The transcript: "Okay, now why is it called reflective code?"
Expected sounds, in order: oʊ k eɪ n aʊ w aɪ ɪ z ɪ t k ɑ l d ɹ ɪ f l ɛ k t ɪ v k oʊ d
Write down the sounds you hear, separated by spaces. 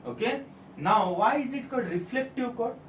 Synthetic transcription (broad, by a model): oʊ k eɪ n aʊ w aɪ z ɪ t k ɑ d ɹ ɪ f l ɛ k t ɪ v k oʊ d